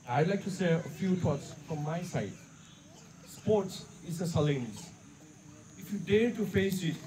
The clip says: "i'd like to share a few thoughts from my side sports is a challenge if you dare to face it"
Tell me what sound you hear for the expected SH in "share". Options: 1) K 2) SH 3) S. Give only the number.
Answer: 3